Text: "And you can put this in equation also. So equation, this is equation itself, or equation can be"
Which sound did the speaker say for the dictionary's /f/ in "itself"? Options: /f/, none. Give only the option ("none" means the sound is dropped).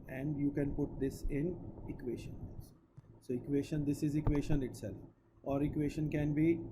none